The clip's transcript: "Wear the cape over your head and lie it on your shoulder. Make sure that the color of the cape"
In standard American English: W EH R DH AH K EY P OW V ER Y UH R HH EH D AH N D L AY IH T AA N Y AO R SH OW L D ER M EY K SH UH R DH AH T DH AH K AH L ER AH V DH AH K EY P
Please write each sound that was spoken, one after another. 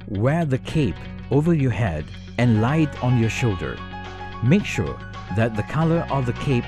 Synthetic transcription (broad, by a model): W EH R DH AH K EY P OW V ER Y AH R HH EH D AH N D L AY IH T AA N Y AO R SH OW L D ER M EY K SH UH R DH AH T DH AH K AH L ER AH V DH AH K EY P